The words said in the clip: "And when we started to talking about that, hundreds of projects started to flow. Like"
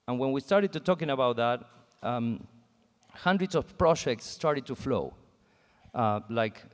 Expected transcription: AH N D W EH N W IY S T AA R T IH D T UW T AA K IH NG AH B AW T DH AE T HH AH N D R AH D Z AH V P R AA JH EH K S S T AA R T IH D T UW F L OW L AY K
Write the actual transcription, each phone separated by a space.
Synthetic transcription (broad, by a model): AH N W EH N W IY S T AA R T IH D T UW T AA K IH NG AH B AW T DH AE T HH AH N D R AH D S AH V P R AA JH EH K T S T AA R T IH D T UW F L OW L AY K